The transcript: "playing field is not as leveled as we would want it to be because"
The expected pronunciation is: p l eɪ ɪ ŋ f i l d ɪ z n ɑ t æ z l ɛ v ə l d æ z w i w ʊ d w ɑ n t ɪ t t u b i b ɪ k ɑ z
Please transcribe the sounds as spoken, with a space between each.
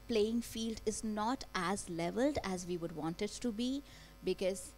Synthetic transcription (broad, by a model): p l eɪ ɪ ŋ f i l d ɪ z n ɑ t æ z l ɛ v ə l d æ z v i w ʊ d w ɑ n t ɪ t t u b i b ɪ k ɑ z